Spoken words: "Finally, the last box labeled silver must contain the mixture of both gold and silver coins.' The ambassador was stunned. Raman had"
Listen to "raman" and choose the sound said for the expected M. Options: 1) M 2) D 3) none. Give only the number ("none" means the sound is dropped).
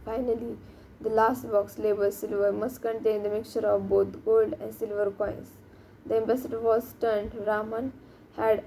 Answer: 1